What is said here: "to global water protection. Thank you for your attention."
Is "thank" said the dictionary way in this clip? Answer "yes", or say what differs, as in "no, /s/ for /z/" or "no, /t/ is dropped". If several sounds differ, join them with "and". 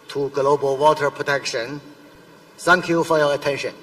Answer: no, /s/ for /θ/